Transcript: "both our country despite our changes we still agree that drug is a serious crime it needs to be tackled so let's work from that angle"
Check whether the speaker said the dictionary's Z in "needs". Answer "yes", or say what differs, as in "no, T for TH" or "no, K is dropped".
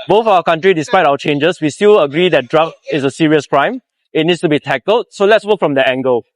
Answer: no, S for Z